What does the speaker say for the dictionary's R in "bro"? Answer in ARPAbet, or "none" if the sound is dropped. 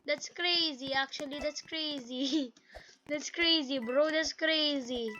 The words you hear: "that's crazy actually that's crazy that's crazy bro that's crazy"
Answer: R